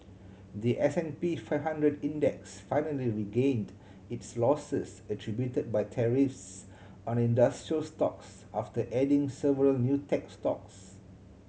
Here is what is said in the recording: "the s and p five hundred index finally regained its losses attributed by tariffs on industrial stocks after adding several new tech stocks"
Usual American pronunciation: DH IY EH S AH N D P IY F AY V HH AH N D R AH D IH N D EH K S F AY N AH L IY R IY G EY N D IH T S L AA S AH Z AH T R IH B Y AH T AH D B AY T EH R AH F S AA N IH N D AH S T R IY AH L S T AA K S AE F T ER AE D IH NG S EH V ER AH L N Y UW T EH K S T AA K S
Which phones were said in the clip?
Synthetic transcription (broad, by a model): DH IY EH S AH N P IY F AY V HH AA N D R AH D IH N D EH K S F AY N AH L IY R IY G EY N D IH T S L AA S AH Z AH T R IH B Y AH T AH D B AY T EH R AH F S AA N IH N D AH S T R IY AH L S T AA K S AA F T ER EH D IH NG S EH V ER AH L N Y UW T EH K S T AA K S